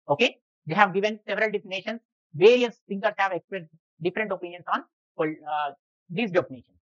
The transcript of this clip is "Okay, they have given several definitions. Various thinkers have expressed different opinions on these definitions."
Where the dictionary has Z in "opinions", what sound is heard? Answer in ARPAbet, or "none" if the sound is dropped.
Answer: S